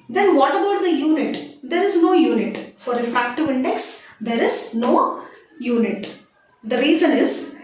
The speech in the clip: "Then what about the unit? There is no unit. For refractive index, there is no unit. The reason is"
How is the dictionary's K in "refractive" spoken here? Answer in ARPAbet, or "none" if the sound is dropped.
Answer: K